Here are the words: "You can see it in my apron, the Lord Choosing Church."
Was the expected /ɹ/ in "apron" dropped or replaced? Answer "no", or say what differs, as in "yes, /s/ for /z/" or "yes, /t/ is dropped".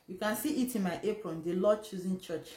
no